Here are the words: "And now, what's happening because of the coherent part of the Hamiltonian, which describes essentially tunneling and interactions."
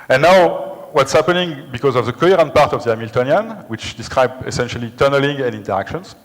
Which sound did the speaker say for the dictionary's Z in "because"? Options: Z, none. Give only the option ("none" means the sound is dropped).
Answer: Z